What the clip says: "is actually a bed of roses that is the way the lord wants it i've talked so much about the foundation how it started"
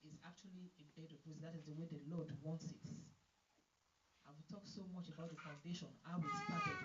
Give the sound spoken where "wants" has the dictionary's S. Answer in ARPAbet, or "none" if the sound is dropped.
S